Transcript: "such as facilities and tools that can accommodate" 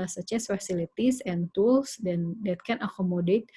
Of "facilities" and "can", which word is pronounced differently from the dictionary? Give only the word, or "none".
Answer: facilities